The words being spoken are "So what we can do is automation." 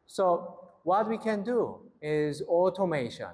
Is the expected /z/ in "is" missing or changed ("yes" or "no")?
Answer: no